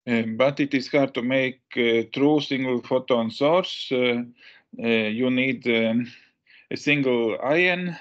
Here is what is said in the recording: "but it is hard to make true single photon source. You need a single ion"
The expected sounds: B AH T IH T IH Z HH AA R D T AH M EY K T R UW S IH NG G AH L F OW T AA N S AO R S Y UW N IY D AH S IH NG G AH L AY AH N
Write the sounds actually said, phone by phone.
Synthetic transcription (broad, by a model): B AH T IH T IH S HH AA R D T AH M EY K T R UW S IH NG G AH L F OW T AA N S AO R S Y UW N IY D AH S IH NG G AH L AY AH N